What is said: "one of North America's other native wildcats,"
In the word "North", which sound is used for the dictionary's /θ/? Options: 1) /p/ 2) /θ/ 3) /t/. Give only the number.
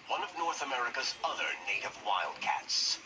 2